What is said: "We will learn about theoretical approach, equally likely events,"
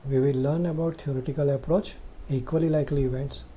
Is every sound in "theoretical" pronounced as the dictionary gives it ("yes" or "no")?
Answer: no